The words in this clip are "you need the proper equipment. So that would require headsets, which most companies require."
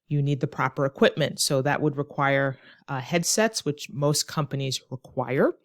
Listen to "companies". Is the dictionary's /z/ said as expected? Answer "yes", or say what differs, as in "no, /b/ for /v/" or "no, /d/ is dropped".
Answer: yes